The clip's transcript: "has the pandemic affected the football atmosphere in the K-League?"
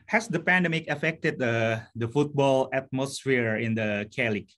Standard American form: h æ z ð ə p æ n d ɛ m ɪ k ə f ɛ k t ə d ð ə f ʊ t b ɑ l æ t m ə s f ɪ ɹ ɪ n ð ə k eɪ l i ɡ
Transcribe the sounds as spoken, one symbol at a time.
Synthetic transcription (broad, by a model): h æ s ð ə p æ n d ɛ m ɪ k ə f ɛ k t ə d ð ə f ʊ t b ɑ l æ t m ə s f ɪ ɹ ɪ n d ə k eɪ l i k